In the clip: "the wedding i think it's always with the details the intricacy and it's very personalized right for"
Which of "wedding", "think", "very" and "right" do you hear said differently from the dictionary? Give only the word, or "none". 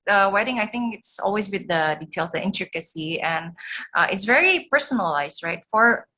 none